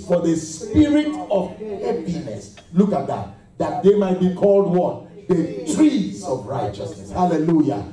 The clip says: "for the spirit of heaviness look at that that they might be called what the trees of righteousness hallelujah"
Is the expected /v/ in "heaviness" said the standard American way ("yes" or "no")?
no